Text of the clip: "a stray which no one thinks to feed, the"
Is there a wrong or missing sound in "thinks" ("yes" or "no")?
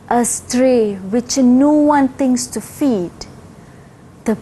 yes